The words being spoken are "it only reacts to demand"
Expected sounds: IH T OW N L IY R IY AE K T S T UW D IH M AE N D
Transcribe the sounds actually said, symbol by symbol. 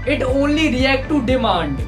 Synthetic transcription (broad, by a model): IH T OW N L IY R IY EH K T T UW D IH M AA N D